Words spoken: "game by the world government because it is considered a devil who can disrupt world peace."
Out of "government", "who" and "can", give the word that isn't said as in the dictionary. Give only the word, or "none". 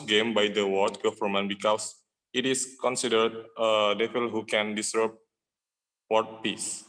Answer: government